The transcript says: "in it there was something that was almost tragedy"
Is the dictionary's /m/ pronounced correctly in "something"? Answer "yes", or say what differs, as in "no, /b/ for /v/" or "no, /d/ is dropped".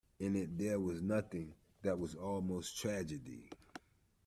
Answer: no, /m/ is dropped